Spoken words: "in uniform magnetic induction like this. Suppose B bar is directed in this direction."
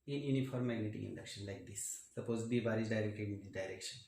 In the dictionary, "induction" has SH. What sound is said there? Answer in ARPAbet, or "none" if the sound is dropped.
SH